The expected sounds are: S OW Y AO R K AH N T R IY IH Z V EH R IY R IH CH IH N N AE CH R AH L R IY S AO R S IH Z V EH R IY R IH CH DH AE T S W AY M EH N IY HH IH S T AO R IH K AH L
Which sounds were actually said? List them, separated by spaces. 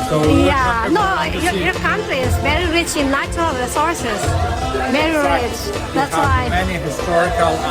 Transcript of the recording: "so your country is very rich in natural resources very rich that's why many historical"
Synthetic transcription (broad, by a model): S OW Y AO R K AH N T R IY IH Z V EH R IY R IH CH IH N L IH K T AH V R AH S AO R S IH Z V EH R IY R IH CH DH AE T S W AY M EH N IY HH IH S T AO R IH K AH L